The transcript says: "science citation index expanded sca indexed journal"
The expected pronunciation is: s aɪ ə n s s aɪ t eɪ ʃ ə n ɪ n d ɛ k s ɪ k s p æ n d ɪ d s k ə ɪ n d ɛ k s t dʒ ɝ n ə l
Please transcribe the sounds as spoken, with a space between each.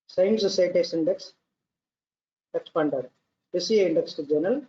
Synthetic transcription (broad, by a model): s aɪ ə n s s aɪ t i ə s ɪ n d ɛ k s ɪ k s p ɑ n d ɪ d s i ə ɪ n d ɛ k s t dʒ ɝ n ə l